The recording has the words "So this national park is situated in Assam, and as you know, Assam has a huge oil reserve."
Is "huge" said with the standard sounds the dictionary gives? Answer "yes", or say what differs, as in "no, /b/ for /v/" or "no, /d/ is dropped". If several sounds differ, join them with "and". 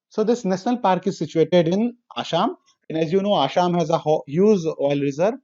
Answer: no, /z/ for /dʒ/